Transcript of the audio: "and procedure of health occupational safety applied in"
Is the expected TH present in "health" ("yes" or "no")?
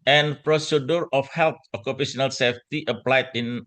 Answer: no